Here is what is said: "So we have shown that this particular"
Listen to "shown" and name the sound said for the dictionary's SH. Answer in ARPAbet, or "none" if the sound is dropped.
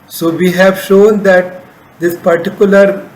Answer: SH